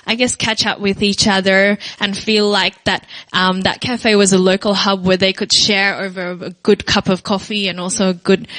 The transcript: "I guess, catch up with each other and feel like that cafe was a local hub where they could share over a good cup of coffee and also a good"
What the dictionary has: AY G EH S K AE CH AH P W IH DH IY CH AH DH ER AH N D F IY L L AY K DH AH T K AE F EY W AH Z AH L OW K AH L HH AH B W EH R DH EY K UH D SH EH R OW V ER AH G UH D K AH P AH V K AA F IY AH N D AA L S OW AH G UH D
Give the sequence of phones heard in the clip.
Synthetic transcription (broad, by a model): AY G EH S K AE CH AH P W IH DH IY CH AH DH ER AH N F IY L L AY K DH AH T K AE F EY W AH Z AH L OW K L HH AH B W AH R DH EY K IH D SH EH R OW V ER AH G UH D K AH P AH V K AA F IY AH N AA L S OW AH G UH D